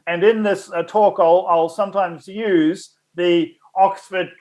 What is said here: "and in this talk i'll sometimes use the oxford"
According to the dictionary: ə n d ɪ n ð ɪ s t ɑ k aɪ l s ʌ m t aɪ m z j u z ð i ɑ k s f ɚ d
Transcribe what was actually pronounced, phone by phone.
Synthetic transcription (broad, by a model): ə n ɪ n ð ɪ s t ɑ k aɪ l s ʌ m t aɪ m z j u z ð i ɑ k s f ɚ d